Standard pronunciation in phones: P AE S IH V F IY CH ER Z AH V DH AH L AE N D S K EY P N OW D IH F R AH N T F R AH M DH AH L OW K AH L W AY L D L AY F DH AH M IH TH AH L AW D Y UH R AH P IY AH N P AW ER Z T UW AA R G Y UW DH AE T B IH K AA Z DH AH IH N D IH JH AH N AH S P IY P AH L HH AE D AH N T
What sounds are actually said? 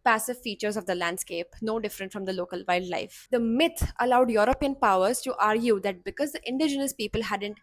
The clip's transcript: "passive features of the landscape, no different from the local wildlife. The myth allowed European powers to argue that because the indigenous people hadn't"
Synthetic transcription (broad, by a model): P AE S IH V F IY CH ER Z AH V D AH L AE N D S K EY P N OW D IH F R AH N T F R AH M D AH L OW K AH L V AY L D L AY F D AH M IH T AH L AW D Y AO R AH P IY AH N P AW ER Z T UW AA R G Y UW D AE T B IH K AA Z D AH IH N D IH JH AH N AH S P IY P AH L HH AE D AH N T